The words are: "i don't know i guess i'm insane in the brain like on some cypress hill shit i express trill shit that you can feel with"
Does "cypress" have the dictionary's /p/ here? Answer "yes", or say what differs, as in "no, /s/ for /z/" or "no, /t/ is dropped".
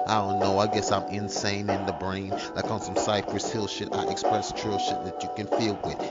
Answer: yes